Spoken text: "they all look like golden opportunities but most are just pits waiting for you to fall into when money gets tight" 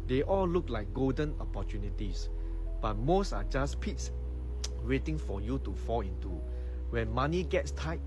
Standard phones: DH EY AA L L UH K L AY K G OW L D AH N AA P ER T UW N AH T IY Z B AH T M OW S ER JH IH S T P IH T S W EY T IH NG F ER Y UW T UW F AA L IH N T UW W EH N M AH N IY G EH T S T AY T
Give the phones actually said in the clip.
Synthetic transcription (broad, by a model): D EY AA L L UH K L AY K G OW L D AH N AA P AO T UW N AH T IY S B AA T M OW S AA JH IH S P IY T S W EY T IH NG F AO Y UW T UW F AA L IH N T UW W EH N M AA N IY G EH T S T AY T